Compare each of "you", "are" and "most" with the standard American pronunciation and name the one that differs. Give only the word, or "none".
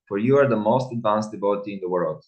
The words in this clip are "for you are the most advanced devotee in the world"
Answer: none